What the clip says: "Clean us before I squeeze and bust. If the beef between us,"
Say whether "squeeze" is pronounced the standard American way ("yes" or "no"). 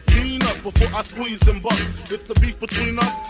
no